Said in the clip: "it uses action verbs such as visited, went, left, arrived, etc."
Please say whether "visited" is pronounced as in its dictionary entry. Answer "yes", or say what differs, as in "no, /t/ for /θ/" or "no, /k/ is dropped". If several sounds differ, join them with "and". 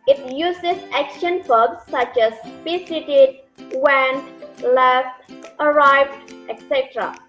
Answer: no, /p/ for /v/ and /s/ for /z/